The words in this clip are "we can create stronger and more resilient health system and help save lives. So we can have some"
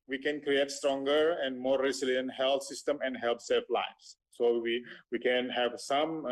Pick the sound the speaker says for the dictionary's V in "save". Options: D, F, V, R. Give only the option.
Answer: F